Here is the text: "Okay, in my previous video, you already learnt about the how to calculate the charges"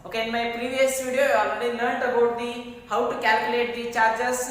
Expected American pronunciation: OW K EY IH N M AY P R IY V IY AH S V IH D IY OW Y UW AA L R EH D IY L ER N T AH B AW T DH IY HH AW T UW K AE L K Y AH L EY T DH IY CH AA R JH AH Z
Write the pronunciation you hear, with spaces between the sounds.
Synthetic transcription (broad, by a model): OW K EY IH N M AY P R IY V IY AH S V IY D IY Y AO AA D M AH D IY N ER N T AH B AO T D IY HH AW T UW K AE L K Y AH L EY T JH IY CH AA R JH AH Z